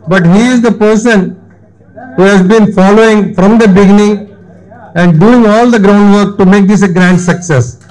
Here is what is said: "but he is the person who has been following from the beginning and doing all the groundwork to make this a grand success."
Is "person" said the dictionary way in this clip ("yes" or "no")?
yes